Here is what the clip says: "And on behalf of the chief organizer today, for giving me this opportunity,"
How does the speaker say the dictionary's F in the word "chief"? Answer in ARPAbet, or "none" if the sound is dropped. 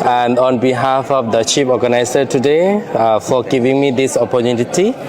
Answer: P